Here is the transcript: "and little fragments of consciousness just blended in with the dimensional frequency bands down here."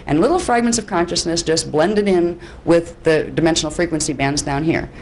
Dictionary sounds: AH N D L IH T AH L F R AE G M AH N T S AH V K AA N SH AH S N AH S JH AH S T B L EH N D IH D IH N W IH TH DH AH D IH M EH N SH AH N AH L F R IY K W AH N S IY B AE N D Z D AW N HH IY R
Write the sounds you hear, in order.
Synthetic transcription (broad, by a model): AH N L IH T L F R AE G M AH N T S AH V K AA N SH AH S N AH S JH AH S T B L EH N D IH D IH N W IH DH AH D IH M EH N SH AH N L F R IY K W AH N S IY B AE N D Z D AW N HH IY R